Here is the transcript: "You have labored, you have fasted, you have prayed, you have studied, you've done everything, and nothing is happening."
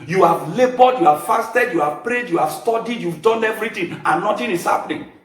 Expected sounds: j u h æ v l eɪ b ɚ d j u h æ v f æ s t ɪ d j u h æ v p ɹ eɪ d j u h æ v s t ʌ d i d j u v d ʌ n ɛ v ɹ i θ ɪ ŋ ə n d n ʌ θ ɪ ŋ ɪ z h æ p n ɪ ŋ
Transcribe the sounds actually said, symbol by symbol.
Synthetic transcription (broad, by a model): j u h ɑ v l eɪ b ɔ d j u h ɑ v f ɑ s t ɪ d j u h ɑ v p ɹ eɪ d j u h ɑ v s t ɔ d i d j u v d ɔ n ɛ v ɹ i t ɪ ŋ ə n n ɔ t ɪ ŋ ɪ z h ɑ p n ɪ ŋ